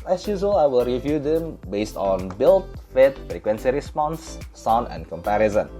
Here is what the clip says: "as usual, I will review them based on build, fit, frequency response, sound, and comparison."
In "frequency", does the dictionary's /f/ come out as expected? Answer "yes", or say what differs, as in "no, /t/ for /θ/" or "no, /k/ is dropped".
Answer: yes